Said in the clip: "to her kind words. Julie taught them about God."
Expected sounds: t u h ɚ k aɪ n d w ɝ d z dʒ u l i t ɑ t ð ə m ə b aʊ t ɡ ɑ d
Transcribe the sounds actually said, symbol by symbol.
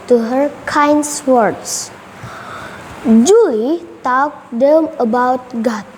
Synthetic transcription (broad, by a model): t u h ɚ k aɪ n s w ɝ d s dʒ u l i t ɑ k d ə m ə b aʊ t ɡ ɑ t